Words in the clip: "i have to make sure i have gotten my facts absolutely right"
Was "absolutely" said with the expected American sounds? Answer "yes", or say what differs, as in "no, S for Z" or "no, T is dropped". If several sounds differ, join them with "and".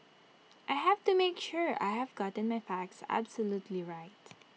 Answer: yes